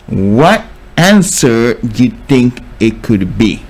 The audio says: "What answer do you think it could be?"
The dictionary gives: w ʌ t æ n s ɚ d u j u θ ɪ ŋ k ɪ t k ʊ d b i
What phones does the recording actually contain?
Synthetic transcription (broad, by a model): w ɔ t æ n s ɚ j u t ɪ ŋ k ɪ t k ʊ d b i